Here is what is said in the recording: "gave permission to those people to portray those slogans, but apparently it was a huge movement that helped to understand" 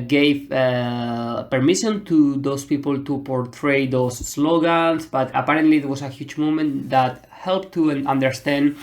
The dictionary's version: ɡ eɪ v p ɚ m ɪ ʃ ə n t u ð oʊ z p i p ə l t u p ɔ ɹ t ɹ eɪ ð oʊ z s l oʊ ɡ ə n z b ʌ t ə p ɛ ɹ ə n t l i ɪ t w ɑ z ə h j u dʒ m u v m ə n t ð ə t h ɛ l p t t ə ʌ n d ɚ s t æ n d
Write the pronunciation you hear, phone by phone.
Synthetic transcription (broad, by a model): ɡ eɪ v p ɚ m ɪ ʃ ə n t u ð oʊ s p i p ə l t u p ɔ ɹ t ɹ eɪ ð oʊ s l oʊ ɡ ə n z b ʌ t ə p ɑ ɹ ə n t l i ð w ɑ s ə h j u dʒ m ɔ m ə n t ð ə t h ɛ l p t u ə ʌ n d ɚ s t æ n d